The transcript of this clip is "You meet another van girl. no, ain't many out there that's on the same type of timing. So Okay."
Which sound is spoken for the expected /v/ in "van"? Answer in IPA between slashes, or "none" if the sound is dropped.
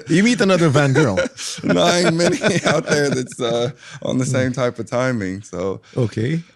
/v/